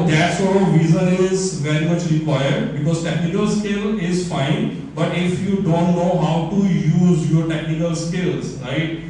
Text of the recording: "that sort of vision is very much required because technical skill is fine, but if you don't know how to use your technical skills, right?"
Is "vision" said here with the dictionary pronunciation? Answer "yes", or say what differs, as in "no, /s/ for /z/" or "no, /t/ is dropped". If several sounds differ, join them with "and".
no, /z/ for /ʒ/